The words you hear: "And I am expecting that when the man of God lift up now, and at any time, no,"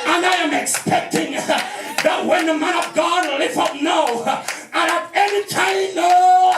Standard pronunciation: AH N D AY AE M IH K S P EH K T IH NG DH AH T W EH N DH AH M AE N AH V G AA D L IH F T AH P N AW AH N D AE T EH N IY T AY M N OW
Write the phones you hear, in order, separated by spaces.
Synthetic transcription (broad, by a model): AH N AY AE M IH K S P EH K T IH NG DH AH T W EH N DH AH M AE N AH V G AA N L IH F AH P N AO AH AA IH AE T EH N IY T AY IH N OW